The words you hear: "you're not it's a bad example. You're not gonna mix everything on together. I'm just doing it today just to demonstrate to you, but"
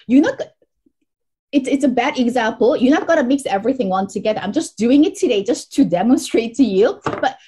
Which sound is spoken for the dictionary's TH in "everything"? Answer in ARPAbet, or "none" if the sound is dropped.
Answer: TH